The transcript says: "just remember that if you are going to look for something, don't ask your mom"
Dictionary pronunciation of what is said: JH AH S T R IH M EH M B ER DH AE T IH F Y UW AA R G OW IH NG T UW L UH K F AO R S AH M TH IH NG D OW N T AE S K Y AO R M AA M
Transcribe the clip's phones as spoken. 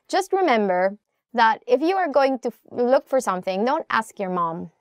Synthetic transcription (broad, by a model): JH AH S T R IH M EH M B ER DH AE T IH F Y UW AA R G OW IH NG T UW L UH K F AO R S AH M TH IH NG D OW N T AE S K Y AO R M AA M